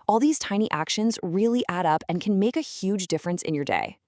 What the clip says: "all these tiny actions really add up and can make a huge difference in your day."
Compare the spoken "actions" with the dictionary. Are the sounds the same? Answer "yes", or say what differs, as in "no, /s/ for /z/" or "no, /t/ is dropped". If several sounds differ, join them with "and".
yes